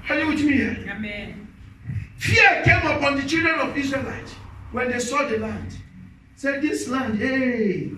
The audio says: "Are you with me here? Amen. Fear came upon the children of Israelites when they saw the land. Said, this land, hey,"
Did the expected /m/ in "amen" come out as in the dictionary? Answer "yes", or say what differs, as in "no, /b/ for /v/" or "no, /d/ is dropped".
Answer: no, /m/ is dropped